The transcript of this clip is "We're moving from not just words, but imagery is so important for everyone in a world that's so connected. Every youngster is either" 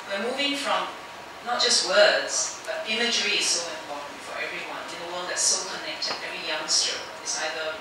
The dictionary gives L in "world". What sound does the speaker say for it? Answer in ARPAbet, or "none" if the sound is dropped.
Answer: N